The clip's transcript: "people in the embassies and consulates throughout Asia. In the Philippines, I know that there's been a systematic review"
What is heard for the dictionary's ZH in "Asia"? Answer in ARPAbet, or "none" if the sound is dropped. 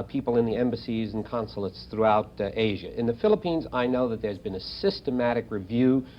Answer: ZH